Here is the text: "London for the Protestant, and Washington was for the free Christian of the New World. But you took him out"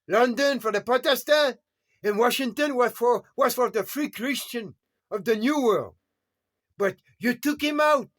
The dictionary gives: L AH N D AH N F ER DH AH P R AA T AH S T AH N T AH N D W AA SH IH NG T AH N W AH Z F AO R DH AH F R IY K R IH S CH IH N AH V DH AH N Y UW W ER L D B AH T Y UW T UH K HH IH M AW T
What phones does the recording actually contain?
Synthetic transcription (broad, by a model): L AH N D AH N F ER DH AH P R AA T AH S T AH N AH N W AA SH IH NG T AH N W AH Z F AO R DH AH F R IY K R IH S CH IH N AH V DH AH N Y UW W ER L D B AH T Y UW T UH K HH IH M AW T